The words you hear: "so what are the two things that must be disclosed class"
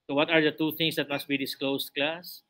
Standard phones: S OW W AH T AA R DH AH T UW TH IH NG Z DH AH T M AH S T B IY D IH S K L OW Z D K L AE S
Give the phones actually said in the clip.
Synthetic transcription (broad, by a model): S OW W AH T AA R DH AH T UW T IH NG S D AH T M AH S T B IY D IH S K L OW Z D K L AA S